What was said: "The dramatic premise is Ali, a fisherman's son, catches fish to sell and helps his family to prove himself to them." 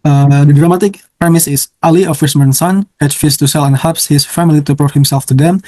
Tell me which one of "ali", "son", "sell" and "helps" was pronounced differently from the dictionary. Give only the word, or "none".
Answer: helps